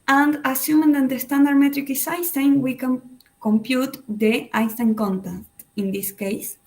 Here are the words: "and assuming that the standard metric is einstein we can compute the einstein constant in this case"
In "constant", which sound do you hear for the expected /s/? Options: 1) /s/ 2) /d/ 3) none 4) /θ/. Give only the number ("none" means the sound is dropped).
3